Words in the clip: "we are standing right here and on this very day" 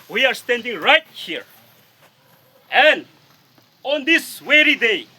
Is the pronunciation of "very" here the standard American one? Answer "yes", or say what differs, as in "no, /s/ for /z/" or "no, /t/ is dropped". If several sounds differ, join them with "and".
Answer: no, /w/ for /v/